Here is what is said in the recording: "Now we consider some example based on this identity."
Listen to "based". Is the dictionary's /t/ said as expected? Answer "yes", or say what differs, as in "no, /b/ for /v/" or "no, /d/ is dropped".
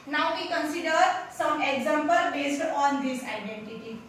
yes